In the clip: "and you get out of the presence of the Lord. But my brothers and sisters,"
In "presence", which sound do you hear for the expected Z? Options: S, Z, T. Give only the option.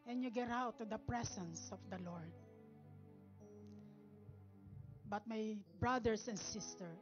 S